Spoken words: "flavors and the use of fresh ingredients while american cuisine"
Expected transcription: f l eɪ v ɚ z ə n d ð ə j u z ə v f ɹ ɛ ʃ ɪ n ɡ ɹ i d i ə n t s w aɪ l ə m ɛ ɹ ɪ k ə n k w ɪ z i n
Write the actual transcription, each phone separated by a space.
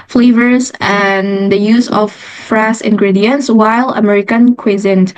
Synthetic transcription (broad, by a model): f l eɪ v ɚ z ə n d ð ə j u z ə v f ɹ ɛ s ɪ n ɡ ɹ i d i ə n t s w aɪ l ə m ɛ ɹ ɪ k ə n k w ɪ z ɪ n